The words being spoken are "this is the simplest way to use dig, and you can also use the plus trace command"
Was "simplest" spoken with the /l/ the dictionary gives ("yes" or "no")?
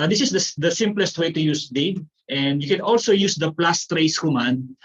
yes